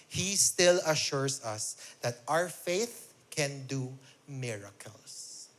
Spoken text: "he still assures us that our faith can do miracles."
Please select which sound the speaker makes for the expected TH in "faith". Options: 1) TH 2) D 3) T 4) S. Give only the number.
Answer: 1